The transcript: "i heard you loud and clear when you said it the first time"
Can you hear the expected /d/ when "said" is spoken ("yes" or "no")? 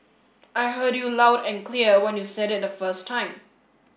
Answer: yes